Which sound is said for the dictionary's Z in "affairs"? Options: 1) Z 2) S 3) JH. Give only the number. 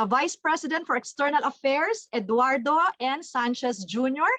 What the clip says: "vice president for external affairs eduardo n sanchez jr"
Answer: 2